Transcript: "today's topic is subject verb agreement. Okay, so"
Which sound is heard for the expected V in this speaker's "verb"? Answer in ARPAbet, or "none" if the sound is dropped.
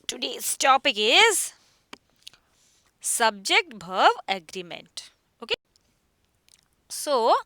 B